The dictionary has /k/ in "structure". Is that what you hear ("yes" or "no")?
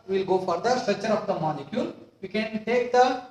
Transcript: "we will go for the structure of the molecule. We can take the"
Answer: no